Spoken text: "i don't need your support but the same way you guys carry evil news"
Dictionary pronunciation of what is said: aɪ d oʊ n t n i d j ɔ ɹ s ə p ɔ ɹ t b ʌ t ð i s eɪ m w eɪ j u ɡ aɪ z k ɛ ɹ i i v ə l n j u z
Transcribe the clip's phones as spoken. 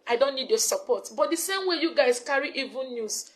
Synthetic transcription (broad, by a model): aɪ d oʊ n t n i d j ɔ s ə p ɔ t b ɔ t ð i s eɪ m w eɪ j u ɡ aɪ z k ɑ ɹ i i v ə n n j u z